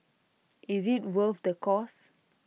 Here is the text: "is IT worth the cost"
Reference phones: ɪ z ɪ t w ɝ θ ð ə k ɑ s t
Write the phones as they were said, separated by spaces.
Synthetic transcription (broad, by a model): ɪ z ɪ t w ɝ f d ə k ɑ s